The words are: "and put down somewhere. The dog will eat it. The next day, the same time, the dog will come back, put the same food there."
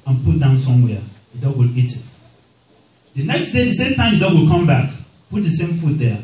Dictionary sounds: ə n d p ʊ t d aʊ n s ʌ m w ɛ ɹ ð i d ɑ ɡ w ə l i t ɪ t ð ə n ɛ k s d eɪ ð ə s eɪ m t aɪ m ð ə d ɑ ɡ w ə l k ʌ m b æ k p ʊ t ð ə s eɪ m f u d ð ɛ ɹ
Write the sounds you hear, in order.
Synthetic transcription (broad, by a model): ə n p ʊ t d aʊ n s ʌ m w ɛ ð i d ɑ ɡ w ə l i t ɪ t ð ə n ɛ k s d eɪ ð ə s eɪ m t aɪ m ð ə d ɑ ɡ w ə l k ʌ m b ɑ k p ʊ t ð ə s eɪ m f u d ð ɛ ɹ